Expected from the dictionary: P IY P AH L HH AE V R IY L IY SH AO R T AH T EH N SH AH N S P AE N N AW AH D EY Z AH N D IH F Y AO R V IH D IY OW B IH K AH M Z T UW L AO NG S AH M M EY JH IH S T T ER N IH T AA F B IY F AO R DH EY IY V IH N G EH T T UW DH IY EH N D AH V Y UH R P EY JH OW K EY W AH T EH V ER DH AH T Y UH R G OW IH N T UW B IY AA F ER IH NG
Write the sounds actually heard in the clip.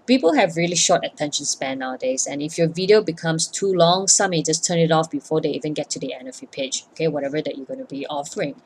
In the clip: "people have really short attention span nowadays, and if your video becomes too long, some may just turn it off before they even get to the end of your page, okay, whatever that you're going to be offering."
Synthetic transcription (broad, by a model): P IY P AH L HH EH V R IY L IY SH AO T AH T EH N SH AH N S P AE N N AW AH D EY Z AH N IH F Y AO V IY D IY OW B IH K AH M S T UW L AO NG S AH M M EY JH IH S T T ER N IH T AA F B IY F AO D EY IY V IH N G EH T T UW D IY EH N AH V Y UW P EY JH OW K EY W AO T EH V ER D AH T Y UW G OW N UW B IY AA F ER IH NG